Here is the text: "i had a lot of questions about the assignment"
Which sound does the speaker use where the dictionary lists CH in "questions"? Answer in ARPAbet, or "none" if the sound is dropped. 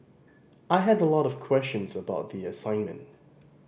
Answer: CH